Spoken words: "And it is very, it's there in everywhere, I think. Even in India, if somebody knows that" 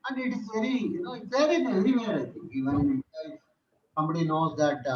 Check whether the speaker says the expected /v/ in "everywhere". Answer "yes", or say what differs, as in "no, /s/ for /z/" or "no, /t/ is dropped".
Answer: no, /v/ is dropped